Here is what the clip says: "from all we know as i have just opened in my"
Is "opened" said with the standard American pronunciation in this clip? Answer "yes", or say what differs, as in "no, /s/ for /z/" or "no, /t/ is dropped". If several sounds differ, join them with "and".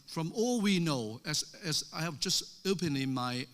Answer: no, /d/ is dropped